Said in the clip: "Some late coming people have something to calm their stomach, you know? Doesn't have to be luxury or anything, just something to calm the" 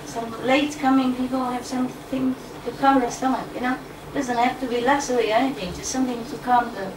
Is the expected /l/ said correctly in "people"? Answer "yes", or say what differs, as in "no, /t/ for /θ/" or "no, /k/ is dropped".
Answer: no, /n/ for /l/